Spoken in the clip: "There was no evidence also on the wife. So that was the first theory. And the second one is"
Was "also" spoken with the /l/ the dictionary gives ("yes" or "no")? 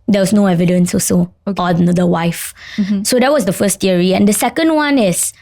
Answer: no